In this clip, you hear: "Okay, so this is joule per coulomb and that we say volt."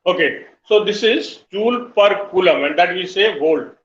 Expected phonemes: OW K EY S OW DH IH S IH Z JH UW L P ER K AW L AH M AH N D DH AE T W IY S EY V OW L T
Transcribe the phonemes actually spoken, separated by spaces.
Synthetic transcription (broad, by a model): OW K EY S OW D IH S IH Z CH UW L P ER K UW L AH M AH N D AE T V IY S EY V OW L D